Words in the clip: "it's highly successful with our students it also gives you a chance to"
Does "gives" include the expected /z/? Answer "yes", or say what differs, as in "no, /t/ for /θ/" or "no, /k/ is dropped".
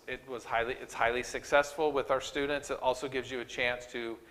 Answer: yes